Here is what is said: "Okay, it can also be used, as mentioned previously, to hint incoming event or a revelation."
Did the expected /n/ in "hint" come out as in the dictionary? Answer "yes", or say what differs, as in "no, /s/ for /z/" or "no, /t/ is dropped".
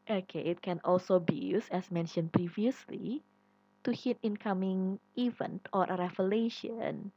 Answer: no, /n/ is dropped